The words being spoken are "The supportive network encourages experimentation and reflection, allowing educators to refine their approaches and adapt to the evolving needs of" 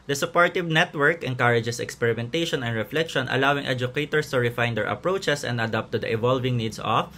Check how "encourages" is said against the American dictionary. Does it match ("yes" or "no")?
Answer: no